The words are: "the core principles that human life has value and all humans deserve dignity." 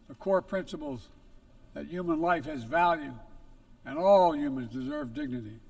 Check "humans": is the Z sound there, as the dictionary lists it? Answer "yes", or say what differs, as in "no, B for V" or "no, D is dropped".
yes